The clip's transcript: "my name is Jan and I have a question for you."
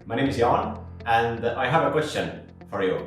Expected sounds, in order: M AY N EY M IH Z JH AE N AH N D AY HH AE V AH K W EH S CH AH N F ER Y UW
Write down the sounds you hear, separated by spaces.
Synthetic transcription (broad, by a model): M AY N EY M IH Z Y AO N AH N AY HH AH V AH K W EH S CH AH N F ER Y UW